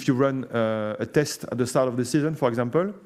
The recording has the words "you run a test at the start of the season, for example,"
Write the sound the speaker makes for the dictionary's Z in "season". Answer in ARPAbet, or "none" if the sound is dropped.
Z